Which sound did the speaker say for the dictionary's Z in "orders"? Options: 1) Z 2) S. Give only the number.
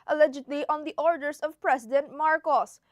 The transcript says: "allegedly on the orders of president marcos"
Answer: 2